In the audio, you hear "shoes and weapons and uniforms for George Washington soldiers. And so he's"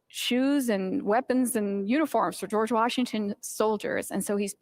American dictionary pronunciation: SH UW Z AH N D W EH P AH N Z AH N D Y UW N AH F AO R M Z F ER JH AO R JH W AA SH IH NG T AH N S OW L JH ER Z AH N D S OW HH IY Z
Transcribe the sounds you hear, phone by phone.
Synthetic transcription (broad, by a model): SH UW Z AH N W EH P AH N Z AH N Y UW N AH F AO R M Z F ER JH AO R JH W AA SH IH NG T AH N S OW L JH ER Z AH N S OW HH IY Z